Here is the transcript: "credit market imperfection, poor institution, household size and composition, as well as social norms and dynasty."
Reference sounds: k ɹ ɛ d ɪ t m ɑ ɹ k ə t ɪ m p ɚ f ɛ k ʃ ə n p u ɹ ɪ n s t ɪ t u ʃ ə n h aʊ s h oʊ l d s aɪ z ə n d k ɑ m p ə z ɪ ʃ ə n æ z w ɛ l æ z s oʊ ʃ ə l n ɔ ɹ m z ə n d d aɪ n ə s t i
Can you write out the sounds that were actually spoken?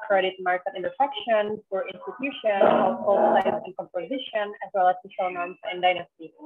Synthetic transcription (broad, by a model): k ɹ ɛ d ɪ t m ɑ ɹ k ə t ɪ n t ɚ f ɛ k ʃ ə n f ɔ ɹ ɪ n s t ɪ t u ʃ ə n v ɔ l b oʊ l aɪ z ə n k ɑ m p ə z ɪ ʃ ə n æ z w ɛ l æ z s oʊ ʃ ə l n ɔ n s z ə n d d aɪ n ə s t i